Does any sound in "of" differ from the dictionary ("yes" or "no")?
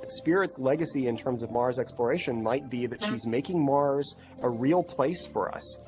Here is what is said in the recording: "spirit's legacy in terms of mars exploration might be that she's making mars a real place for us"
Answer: no